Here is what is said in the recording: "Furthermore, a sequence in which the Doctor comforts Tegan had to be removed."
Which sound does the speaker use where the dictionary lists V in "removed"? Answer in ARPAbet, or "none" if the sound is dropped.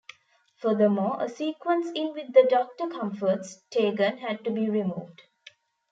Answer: V